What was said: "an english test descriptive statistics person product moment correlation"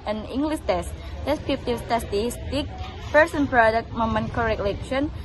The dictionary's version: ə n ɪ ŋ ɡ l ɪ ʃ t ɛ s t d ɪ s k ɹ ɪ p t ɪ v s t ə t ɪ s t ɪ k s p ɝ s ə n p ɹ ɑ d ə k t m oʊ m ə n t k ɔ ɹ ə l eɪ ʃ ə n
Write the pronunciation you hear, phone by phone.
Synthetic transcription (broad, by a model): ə n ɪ ŋ ɡ l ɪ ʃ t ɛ s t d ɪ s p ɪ f t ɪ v s t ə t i s t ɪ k p ɝ s ə n p ɹ ɑ d ə k t m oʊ m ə n k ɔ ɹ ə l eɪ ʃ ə n